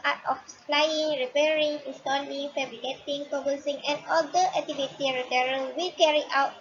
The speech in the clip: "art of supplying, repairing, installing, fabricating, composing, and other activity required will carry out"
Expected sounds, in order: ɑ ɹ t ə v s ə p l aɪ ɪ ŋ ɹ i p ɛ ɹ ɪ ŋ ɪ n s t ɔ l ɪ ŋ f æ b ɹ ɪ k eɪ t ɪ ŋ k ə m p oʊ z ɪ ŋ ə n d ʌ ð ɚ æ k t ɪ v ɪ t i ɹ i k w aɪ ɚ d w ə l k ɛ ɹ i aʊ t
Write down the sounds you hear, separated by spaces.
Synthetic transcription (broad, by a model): ɑ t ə f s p l aɪ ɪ ŋ ɹ i p ɛ ɹ ɪ ŋ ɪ s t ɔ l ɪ ŋ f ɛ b ɹ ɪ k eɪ t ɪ ŋ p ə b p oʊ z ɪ ŋ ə n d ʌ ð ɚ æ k t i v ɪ t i ɹ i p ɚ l w ə l k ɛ ɹ i aʊ t